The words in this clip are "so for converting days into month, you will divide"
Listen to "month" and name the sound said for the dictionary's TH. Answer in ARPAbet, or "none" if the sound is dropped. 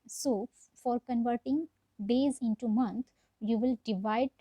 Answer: T